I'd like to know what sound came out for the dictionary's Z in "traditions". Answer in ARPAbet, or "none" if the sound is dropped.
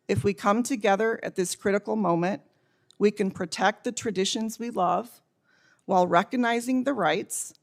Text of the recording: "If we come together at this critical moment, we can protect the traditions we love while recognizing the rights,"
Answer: Z